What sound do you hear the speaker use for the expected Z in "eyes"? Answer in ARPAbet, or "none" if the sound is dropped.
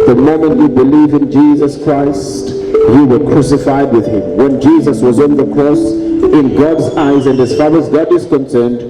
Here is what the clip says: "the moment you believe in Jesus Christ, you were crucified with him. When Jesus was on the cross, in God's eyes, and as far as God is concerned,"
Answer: Z